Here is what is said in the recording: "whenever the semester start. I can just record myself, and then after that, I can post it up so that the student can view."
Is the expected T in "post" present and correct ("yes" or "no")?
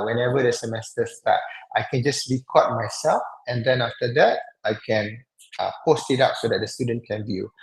yes